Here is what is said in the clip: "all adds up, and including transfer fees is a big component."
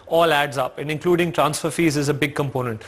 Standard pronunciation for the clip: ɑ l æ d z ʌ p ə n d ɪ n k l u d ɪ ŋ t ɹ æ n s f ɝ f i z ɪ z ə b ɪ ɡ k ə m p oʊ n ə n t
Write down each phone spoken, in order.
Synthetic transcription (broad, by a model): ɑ l æ d z ʌ p ə n d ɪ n k l u d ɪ ŋ t ɹ æ n s f ɝ f i z ɪ z ə b ɪ ɡ k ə m p oʊ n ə n t